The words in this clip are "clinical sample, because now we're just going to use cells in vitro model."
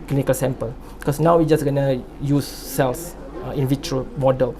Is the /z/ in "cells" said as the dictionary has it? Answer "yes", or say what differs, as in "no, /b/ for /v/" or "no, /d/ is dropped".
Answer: no, /s/ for /z/